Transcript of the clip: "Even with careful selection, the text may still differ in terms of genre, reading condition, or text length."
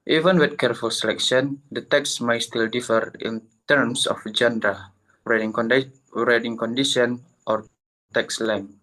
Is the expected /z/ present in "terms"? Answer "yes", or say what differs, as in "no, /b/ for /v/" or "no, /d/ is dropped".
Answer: no, /s/ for /z/